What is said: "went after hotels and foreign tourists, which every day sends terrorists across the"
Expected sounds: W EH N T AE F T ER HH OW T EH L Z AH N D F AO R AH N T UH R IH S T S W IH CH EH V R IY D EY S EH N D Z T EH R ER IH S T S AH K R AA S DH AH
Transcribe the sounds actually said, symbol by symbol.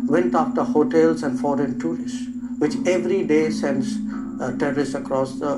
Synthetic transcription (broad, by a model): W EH N T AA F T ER HH OW T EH L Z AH N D F AO R AH N T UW R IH S T S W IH CH EH V R IY D EY S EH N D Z T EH R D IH S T AH K R AA S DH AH